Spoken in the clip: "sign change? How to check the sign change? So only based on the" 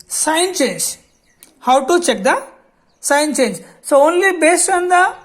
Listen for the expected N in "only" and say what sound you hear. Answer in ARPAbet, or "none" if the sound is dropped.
N